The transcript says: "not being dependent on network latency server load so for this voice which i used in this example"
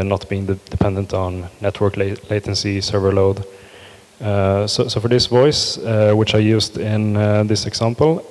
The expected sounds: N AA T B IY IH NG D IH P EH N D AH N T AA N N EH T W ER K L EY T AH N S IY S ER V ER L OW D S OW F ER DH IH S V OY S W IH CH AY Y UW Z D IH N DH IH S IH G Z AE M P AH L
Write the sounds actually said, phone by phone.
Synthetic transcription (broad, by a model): N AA T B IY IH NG D IH P EH N D AH N T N N EH T W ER K L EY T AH N S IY S ER V ER L OW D S OW F ER DH IH S V OY S W IH CH AY Y UW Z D IH N DH IH S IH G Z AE M P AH L